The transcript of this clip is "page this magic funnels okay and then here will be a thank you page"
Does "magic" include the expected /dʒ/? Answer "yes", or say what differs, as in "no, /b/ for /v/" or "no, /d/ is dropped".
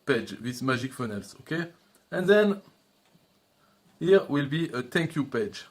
no, /ʒ/ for /dʒ/